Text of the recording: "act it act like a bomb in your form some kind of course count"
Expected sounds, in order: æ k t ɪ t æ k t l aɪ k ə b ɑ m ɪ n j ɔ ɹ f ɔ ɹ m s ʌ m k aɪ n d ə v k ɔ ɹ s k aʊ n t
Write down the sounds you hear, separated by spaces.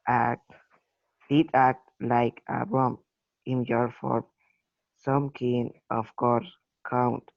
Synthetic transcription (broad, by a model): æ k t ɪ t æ k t l aɪ k ə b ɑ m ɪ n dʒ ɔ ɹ f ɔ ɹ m s ʌ m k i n ə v k ɔ ɹ s k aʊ n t